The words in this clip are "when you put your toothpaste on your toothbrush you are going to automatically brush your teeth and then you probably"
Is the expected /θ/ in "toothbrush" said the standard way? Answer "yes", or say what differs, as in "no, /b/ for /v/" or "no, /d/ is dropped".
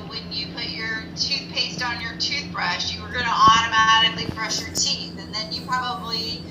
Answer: yes